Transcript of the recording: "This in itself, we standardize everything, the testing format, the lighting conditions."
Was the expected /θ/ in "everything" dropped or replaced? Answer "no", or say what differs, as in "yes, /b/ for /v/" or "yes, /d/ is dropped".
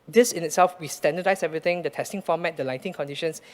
yes, /t/ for /θ/